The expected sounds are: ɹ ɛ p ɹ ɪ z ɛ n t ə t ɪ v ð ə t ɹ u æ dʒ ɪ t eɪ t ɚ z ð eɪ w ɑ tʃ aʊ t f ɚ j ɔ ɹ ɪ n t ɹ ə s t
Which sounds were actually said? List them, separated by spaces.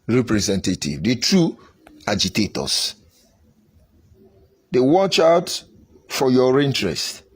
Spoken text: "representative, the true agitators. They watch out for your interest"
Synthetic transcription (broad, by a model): ɹ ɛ p ɹ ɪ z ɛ n t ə t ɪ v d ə t ɹ u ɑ dʒ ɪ t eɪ t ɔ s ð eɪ w ɑ tʃ aʊ t f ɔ j ɔ ɹ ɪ n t ɹ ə s t